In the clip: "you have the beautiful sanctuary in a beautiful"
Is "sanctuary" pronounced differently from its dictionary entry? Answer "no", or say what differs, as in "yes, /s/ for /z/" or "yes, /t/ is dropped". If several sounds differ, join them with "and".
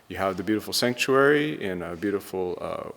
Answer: no